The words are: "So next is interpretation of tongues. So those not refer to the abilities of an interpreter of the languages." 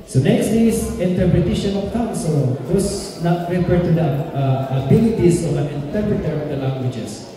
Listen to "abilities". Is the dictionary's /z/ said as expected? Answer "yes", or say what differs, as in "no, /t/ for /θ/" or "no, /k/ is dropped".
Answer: no, /s/ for /z/